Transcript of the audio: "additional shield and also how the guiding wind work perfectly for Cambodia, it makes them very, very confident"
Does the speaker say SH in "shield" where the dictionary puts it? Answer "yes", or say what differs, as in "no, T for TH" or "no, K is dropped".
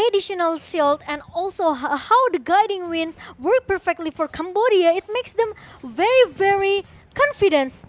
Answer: no, S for SH